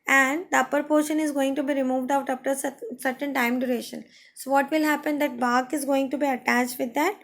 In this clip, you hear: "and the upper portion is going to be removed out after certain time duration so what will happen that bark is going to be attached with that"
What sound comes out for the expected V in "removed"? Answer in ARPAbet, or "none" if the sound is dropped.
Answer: V